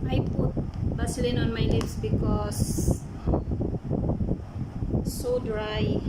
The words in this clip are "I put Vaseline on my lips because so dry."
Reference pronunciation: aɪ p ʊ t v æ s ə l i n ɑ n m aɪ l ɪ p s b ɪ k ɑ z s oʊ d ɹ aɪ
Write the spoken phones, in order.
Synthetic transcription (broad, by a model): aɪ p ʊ t b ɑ s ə l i n ɑ n m aɪ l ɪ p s b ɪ k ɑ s s oʊ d ɹ aɪ